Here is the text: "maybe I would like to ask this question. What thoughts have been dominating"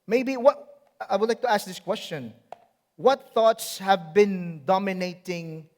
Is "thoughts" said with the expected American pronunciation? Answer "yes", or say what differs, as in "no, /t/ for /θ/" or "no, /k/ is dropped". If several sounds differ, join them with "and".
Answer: yes